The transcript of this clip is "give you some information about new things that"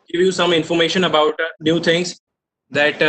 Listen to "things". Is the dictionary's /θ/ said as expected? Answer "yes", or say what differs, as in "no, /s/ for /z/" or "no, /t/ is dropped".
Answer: no, /t/ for /θ/